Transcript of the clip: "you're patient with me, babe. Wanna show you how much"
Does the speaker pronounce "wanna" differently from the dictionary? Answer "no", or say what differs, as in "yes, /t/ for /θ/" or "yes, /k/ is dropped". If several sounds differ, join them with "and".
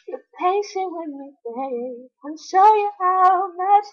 yes, /n/ is dropped